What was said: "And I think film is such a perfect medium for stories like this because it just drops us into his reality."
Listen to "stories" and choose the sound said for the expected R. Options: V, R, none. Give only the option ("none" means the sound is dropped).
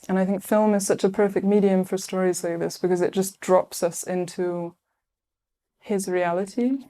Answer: R